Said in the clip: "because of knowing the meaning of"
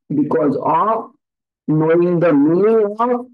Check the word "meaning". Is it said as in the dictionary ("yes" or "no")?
no